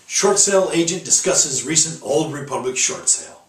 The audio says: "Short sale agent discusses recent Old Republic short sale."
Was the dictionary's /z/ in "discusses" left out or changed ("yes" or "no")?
no